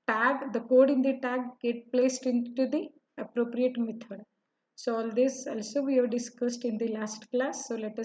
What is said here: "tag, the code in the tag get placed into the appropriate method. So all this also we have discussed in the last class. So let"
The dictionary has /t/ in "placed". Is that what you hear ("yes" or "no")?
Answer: yes